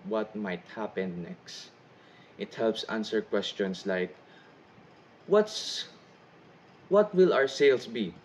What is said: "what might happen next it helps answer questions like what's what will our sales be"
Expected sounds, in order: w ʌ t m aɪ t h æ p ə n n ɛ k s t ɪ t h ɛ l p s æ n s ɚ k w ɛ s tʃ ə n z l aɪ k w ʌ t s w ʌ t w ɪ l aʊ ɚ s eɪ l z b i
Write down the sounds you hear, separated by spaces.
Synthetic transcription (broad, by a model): w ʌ t m aɪ t h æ p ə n n ɛ k s t ɪ t h ɛ l p s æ n s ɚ k w ɛ s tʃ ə n s l aɪ k w ʌ t s w ʌ t w ɪ l aʊ ɚ s eɪ l s b i